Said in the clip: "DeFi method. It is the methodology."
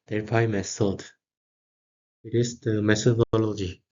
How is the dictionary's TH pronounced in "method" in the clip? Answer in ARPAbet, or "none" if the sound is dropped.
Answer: S